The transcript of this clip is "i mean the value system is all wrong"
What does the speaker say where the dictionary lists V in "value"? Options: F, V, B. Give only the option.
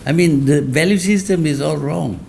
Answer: V